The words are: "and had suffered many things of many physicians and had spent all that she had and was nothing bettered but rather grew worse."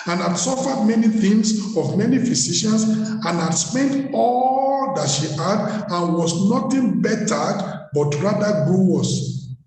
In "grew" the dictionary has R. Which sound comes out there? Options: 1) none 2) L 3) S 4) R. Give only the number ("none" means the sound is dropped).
1